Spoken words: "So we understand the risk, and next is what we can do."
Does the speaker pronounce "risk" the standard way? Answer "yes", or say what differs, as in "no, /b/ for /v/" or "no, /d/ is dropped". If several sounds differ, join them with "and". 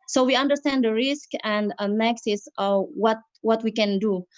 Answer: yes